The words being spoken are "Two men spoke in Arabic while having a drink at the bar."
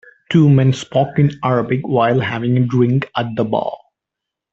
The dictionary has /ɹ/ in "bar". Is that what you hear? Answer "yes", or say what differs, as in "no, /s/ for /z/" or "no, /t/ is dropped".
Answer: no, /l/ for /ɹ/